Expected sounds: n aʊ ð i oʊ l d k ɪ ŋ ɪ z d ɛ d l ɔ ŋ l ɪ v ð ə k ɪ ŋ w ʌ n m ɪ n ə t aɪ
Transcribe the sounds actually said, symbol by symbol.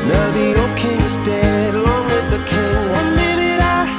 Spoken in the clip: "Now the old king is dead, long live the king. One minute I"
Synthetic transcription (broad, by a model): n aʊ ð i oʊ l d k ɪ ŋ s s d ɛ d l ɔ ŋ w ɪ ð ð ə k ɪ ŋ w ʌ n m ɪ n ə t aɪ